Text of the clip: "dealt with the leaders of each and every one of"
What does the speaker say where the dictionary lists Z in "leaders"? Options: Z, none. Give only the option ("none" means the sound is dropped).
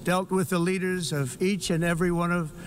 Z